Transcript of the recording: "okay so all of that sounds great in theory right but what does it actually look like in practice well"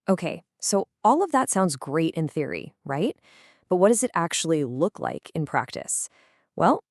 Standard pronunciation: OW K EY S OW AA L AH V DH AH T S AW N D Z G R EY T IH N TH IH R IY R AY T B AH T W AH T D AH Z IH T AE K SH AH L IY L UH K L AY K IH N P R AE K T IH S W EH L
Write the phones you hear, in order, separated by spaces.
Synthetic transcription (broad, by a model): OW K EY S OW AA L AH V DH AH T S AW N D Z G R EY T IH N TH IH R IY R AY T B AH T W AH T D AH Z IH T AE K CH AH L IY L UH K L AY K IH N P R AE K T IH S W EH L